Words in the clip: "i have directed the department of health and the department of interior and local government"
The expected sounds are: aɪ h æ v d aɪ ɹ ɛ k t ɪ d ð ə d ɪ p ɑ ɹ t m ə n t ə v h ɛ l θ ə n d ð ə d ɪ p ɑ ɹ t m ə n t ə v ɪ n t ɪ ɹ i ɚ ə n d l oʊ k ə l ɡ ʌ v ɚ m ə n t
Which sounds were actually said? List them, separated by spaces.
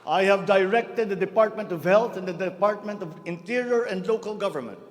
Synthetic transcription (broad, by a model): aɪ h æ v d aɪ ɹ ɛ k t ɪ d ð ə d ɪ p ɑ ɹ t m ə n t ə v h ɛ l t ə n d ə d ɪ p ɑ ɹ t m ə n t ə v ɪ n t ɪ ɹ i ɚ ə n d l oʊ k ə l ɡ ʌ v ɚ m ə n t